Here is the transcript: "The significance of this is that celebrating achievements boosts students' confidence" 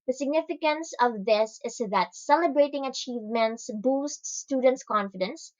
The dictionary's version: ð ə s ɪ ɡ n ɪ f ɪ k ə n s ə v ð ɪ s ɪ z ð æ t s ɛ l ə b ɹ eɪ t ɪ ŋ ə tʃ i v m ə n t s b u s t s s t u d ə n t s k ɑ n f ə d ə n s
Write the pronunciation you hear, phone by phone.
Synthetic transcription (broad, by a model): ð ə s ɪ ɡ n ɪ f ɪ k ə n s ə v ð ɪ s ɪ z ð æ t s ɛ l ə b ɹ eɪ t ɪ ŋ ə tʃ i v m ə n t s b u s t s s t u d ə n t s k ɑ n f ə d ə n s